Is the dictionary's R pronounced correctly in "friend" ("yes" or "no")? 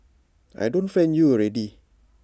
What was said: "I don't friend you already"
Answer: no